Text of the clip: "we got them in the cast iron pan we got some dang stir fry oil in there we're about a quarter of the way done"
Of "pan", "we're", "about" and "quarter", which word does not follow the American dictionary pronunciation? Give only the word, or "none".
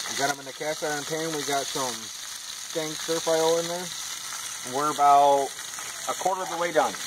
none